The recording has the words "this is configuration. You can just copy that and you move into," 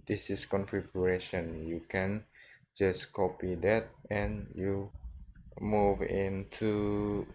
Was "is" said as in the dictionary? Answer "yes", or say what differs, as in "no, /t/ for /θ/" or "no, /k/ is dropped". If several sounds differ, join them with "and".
no, /s/ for /z/